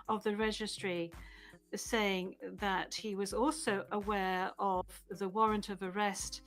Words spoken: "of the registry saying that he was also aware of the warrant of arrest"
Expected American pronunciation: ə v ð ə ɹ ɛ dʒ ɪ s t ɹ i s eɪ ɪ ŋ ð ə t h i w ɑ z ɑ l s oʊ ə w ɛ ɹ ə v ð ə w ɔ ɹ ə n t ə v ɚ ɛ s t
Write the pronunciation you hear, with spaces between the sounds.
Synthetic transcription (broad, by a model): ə v ð ə ɹ ɛ dʒ ɪ s t ɹ i s eɪ ɪ ŋ ð ə t h i w ɑ z ɑ l s oʊ ə w ɛ ɹ ə v ð ə w ɔ ɹ ə n t ə v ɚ ɛ s t